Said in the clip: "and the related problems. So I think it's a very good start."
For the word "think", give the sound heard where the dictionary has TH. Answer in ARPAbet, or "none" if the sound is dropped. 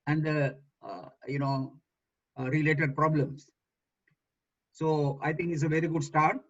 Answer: T